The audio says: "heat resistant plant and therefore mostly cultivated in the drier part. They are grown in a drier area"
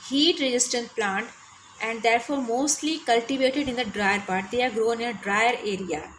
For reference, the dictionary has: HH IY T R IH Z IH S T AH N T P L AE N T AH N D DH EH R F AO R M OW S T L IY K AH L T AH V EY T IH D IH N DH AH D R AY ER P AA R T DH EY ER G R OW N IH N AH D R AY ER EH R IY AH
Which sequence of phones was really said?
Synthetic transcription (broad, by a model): HH IY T R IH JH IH S T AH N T P L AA N T AH N D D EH R F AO R M OW S T L IY K AH L T AH V EY T IH D IH N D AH D R AY ER P AA R T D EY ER G R OW IH N AH D R AY ER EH R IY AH